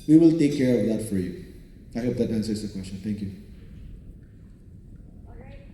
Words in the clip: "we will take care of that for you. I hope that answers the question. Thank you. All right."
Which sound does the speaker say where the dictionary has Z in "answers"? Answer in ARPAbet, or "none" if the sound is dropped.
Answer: S